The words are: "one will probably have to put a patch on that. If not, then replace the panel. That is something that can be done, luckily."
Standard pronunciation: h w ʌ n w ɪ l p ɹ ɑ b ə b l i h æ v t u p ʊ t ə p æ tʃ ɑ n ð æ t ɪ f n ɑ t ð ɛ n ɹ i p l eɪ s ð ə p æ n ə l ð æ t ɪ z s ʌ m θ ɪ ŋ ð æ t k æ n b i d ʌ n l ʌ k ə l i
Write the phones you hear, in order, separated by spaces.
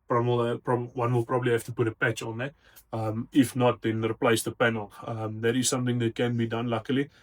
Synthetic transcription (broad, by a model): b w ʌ n w ɪ l p ɹ ɑ b ə b l i h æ f t u p ʊ t ə p æ tʃ ɑ n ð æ t ɪ f n ɑ t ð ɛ n ɹ i p l eɪ s ð ə p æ n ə l ð æ t ɪ z s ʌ m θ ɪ ŋ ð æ t k æ n b i d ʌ n l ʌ k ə l i